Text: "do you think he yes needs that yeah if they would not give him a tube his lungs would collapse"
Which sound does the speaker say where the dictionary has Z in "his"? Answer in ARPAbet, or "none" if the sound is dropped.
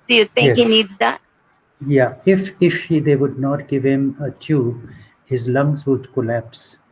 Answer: Z